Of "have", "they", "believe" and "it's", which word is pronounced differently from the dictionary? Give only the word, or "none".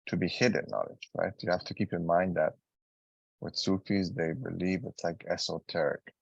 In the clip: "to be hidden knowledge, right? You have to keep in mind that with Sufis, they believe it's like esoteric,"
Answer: have